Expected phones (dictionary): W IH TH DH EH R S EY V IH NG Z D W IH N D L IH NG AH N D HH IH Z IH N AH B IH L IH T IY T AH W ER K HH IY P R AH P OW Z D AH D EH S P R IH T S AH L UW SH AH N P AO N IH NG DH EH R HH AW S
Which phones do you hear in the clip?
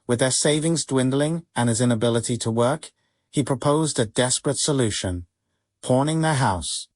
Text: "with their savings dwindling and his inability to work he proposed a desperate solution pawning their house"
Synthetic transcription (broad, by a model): W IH DH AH R S EY V IH NG Z D W IH N D L IH NG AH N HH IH Z IH N AH B IH L IH T IY T AH W ER K HH IY P R AH P OW Z D AH D EH S P R IH T S AH L UW SH AH N P AO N IH NG DH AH R HH AW S